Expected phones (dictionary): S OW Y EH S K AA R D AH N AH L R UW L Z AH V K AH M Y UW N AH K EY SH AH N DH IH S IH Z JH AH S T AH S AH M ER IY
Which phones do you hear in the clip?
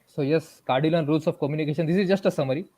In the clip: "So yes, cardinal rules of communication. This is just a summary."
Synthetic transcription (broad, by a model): S OW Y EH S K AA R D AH L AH N R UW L S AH F K AH M Y UW N AH K EY SH AH N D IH S IH Z JH AH S T AH S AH M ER IY